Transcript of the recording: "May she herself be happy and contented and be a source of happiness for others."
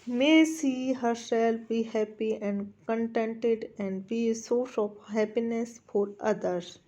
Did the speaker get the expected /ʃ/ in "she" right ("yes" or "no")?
no